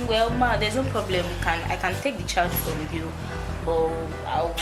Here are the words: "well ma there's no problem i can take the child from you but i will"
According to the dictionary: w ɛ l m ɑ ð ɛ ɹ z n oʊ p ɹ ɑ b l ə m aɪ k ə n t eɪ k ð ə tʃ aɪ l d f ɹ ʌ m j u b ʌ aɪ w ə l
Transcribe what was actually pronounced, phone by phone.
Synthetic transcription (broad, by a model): w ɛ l m ɑ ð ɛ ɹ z n oʊ p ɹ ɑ b l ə m aɪ k ə n t eɪ k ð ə tʃ aɪ l d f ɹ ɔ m j u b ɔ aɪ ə